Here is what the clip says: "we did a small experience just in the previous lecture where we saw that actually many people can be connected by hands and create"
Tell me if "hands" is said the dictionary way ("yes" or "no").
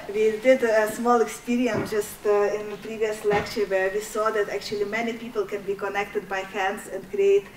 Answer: no